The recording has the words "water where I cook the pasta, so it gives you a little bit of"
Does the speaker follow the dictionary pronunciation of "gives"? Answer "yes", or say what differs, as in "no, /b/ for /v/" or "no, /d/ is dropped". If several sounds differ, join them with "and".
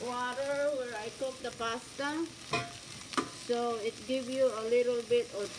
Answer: no, /z/ is dropped